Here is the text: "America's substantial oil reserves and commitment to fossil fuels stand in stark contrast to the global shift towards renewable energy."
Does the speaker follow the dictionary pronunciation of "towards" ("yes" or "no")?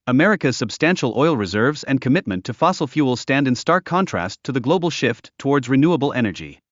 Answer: yes